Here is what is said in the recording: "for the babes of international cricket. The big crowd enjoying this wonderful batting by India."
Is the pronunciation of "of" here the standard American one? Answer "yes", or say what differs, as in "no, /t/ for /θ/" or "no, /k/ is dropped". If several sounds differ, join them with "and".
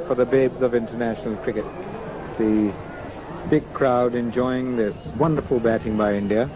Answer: yes